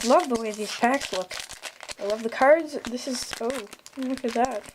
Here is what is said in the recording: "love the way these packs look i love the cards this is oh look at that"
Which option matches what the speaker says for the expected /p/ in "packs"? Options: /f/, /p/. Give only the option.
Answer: /f/